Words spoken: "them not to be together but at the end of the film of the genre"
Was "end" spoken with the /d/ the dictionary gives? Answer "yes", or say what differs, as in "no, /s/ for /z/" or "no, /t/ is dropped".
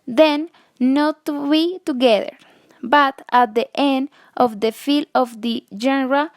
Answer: yes